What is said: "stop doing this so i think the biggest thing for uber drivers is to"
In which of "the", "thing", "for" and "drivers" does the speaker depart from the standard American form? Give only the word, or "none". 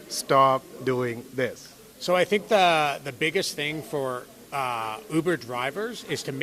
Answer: none